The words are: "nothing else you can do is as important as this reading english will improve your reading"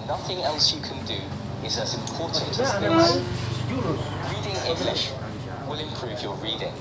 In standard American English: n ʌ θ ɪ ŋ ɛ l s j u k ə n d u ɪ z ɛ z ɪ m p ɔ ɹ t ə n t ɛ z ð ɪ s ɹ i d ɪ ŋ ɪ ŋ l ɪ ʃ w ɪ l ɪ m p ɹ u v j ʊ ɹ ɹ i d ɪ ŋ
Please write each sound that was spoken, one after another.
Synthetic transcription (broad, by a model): n ʌ θ ɪ ŋ ɛ l s j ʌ k ə n d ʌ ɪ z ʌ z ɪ m p ɔ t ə n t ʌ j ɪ ɹ i d ɪ ŋ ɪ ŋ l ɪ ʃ w ɪ l ɪ m p ɹ u v j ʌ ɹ ɹ i d ɪ ŋ